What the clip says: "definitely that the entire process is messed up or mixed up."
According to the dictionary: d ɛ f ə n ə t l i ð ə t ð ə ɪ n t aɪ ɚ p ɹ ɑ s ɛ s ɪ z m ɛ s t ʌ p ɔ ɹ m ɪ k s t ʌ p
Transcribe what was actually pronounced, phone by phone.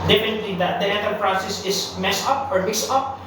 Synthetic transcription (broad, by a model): d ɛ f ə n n t l i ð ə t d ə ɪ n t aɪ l p ɹ ɑ s ɛ s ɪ s m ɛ s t ʌ p ɔ ɹ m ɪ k s ʌ p